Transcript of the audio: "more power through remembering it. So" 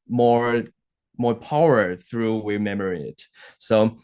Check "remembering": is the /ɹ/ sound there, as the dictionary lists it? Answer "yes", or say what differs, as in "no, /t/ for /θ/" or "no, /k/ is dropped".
no, /w/ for /ɹ/